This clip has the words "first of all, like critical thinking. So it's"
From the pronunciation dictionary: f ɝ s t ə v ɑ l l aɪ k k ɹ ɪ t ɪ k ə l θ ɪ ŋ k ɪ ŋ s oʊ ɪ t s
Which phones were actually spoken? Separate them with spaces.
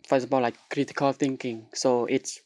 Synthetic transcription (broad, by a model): f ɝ s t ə p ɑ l l aɪ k k ɹ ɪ t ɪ k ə l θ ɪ ŋ k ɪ ŋ s oʊ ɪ t s